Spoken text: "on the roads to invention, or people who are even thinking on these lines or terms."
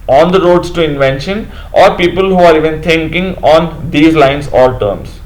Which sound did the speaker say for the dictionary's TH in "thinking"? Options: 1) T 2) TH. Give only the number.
1